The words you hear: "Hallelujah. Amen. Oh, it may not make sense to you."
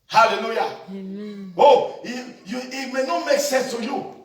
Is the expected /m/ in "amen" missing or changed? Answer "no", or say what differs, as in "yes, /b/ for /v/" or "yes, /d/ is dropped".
yes, /m/ is dropped